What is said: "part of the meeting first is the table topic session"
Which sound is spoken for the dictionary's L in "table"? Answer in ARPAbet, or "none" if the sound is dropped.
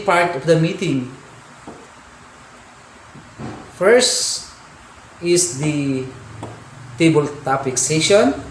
L